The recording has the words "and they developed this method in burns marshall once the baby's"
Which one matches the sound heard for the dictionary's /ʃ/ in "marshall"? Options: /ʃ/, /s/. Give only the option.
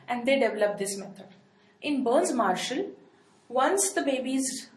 /ʃ/